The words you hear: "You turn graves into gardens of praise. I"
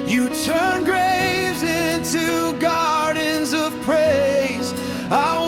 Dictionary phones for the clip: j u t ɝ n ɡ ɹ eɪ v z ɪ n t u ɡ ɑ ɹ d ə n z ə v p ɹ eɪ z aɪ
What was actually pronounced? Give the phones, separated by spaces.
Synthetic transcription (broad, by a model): j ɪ t ɝ n ɡ ɹ eɪ v z ɪ n t u ɡ ɑ ɹ d n z ə v p ɹ eɪ z aɪ